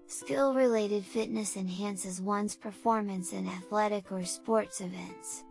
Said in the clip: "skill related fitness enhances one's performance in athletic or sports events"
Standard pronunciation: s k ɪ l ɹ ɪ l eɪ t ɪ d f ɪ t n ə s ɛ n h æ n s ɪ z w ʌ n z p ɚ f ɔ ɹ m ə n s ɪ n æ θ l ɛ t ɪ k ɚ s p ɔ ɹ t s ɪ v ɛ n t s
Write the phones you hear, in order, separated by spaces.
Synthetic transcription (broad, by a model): s k ɪ l ɹ ɪ l eɪ t ɪ d f ɪ t n ə s ɛ n h æ n s ɪ z w ʌ n z p ɚ f ɔ ɹ m ə n s ɪ n æ θ l ɛ t ɪ k ɚ s p ɔ ɹ t s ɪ v ɛ n t s